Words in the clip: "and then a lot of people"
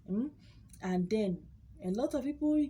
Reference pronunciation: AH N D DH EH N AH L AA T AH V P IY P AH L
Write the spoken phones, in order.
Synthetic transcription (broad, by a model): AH N D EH N AH L AA T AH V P IY P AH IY